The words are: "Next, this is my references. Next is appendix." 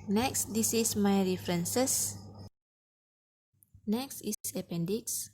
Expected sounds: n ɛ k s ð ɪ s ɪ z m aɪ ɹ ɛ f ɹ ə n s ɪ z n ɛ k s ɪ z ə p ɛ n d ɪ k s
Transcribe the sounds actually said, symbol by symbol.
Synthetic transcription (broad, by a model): n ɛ k s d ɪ s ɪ s m aɪ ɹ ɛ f ɹ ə n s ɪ s n ɛ k s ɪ s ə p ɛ n d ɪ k s